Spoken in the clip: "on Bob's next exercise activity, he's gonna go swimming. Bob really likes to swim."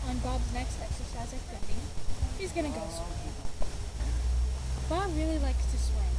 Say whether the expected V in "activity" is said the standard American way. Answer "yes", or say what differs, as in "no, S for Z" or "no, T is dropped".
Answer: no, F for V